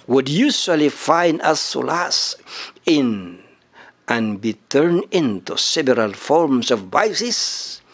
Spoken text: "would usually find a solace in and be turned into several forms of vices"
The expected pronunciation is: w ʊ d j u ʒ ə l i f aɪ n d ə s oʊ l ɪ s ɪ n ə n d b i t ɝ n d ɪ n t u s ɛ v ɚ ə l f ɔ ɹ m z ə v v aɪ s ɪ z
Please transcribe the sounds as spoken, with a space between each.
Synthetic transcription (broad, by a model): w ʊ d j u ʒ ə l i f aɪ n d ə s oʊ l ɪ s ɪ n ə n b i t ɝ n ɪ n t u s ɛ v ɚ ə l f ɔ ɹ m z ə v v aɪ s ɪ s